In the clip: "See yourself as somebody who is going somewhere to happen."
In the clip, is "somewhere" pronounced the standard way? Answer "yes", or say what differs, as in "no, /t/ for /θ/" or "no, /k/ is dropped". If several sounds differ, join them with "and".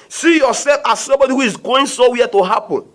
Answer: no, /m/ is dropped